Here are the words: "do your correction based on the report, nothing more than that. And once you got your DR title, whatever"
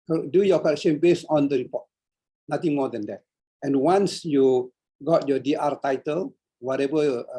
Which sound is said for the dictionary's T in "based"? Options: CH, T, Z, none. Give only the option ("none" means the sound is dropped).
none